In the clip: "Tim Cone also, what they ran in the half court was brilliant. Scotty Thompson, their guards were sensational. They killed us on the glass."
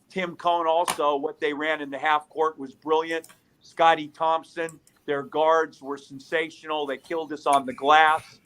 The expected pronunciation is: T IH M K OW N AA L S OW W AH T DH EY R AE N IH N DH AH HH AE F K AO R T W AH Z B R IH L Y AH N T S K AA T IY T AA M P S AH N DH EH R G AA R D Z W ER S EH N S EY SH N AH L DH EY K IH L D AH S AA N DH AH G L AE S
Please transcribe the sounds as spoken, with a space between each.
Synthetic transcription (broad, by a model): T IH M K OW N AA L S OW W AH T DH EY R AE N IH N DH AH HH AE F K AO R T W AH Z B R IH L Y AH N T S K AA T IY T AA M P S AH N DH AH R G AA R D Z W ER S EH N S EY SH N L DH EY K IH L D AH S N DH AH G L AE S